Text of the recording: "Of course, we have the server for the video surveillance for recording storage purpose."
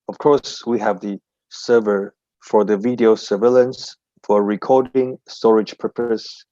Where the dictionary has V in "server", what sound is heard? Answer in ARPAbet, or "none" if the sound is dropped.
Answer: V